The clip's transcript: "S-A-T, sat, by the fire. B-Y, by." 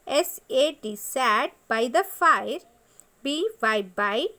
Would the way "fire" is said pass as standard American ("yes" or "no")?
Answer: yes